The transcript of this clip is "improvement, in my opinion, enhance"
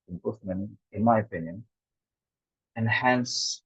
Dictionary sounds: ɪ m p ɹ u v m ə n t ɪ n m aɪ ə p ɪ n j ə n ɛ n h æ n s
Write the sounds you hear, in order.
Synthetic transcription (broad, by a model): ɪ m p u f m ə n ɪ n m aɪ ə p ɪ n j ə n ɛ n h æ n s